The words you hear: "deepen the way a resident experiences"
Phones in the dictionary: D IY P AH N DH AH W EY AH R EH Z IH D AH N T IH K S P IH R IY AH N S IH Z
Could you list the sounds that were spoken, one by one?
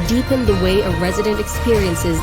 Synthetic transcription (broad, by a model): D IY P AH N DH AH W EY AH R EH Z IH D AH N T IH K S P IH R IY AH N S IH Z